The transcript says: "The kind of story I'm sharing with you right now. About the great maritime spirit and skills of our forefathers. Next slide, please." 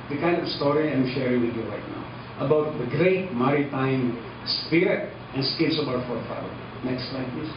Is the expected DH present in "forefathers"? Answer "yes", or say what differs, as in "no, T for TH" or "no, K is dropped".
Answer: no, DH is dropped